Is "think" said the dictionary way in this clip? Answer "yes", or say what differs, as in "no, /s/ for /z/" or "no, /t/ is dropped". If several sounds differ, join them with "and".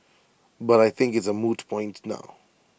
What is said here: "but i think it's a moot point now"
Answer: yes